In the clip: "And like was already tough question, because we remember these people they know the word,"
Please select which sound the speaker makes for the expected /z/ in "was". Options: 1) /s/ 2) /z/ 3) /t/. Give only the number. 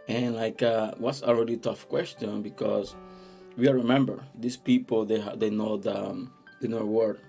1